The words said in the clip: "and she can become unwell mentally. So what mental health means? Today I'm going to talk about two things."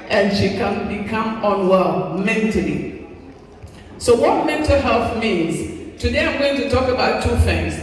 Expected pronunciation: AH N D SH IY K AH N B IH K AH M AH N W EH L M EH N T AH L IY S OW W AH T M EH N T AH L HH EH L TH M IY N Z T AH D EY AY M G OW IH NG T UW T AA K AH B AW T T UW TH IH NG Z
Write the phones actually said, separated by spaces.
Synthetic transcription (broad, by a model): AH N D SH IY K AH N B IH K AH M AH N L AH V M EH N T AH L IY S OW W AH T M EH N T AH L HH EH L TH M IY N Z T AH D EY AY M G OW IH NG T UW T AA K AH B AW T T UW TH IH NG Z